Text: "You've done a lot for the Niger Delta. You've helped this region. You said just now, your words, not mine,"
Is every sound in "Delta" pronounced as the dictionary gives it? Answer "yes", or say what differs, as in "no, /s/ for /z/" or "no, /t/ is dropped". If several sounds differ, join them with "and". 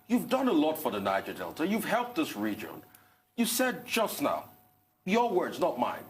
yes